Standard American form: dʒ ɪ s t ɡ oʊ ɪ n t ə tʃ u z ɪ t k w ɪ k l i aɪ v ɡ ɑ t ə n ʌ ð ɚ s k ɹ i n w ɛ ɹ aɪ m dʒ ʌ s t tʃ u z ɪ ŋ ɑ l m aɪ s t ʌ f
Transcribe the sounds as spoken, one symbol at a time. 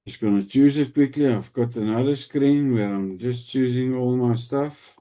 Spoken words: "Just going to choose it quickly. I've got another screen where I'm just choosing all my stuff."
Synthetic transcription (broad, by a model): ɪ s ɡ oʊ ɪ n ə tʃ u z ɪ t k w ɪ k l i aɪ v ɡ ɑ t ə n ʌ ð ɚ s k ɹ i n w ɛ ɹ aɪ m dʒ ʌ s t tʃ u z ɪ ŋ ɑ l m aɪ s t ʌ f